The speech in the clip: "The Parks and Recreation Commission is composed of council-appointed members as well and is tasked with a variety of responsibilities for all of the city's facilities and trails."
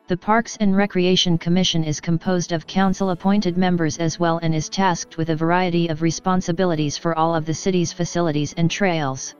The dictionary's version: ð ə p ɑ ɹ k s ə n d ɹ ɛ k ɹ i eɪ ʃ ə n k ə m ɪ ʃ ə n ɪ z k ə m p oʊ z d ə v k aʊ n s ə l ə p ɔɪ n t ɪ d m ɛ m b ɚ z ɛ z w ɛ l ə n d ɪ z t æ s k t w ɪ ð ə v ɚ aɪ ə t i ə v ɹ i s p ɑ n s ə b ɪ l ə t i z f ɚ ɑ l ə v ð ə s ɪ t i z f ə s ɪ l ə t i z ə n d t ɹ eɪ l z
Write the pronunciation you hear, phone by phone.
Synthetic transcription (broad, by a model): ð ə p ɑ ɹ k s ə n ɹ ɛ k ɹ i eɪ ʃ ə n k ə m ɪ ʃ ə n ɪ z k ə m p oʊ z d ə v k aʊ n s l ə p ɔɪ n t ɪ d m ɛ m b ɚ z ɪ z w ɛ l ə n ɪ z t æ s k t w ɪ ð ə v ɚ aɪ ə t i ə v ɹ i s p ɑ n s ə b ɪ l ə t i z f ɚ ɑ l ə v ð ə s ɪ t i z f ə s ɪ l ə t i z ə n t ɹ eɪ l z